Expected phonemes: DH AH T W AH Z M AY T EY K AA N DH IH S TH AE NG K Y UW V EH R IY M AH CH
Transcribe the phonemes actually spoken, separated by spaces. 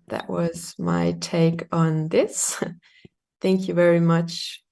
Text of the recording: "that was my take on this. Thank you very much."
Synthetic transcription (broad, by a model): DH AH T W AH Z M AY T EY K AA N DH IH S TH AE NG K Y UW V EH R IY M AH CH